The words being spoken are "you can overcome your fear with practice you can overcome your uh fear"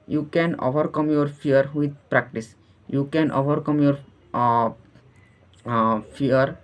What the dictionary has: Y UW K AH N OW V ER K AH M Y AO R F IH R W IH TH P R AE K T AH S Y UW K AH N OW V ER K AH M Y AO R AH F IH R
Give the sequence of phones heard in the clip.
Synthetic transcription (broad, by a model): Y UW K AH N OW V ER K AH M Y AO R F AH R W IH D P R AE K T AH S Y UW K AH N OW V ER K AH M Y AO R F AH R